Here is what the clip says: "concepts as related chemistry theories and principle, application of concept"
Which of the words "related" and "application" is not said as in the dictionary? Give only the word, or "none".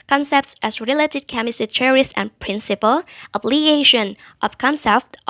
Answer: application